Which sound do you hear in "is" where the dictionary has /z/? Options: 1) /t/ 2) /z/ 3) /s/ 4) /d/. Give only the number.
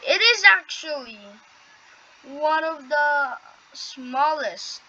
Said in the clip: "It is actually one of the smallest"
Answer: 2